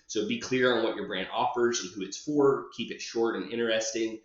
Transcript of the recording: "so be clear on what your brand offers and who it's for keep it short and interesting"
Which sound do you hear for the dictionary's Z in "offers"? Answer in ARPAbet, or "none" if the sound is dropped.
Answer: Z